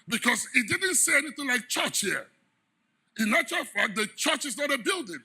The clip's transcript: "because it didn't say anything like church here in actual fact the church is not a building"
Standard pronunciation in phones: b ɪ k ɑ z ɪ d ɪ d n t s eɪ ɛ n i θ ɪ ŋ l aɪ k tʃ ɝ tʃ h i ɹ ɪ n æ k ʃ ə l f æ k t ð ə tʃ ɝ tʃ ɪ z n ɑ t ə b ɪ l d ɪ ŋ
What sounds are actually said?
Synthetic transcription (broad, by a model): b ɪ k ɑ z ɪ d ɪ d n t s eɪ ɛ n i θ ɪ ŋ l aɪ k tʃ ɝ tʃ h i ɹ ɪ n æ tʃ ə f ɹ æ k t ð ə tʃ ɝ tʃ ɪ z n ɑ t ə b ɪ l d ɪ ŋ